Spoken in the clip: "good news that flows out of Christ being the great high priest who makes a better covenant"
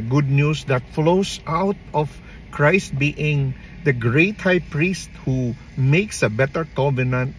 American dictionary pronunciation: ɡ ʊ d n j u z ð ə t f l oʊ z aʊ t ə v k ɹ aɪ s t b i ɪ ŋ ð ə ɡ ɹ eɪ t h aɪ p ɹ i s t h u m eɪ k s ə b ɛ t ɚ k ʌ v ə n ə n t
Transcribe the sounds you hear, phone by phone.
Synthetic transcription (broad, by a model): ɡ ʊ d n j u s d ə t f l oʊ s aʊ t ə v k ɹ aɪ s t b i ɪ ŋ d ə ɡ ɹ eɪ t h aɪ p ɹ i s t h u m eɪ k s ə b ɛ t ɚ k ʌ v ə n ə n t